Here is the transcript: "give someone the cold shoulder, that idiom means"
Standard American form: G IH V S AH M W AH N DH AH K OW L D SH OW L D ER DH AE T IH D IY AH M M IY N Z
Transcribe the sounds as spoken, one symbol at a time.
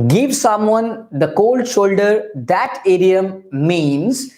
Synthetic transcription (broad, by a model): G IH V S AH M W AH N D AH K OW L D SH OW L D ER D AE T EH D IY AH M M IY N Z